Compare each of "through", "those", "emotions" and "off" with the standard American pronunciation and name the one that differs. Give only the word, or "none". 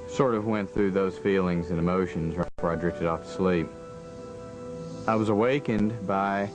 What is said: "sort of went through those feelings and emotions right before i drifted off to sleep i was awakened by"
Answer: none